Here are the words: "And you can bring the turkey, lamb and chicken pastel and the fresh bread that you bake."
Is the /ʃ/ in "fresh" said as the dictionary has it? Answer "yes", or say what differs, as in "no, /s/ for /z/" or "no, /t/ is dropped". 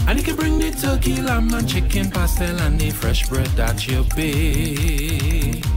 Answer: yes